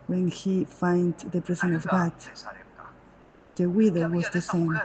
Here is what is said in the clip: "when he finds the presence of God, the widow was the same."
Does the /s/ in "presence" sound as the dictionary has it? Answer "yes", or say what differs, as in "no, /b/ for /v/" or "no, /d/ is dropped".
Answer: no, /s/ is dropped